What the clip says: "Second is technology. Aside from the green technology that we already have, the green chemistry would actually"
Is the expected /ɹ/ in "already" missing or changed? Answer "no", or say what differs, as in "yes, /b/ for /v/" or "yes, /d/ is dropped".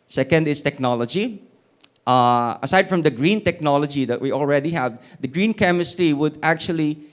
no